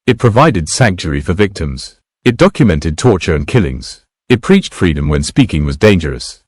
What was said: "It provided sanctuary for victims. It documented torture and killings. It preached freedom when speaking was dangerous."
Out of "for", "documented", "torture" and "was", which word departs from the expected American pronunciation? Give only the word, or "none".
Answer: none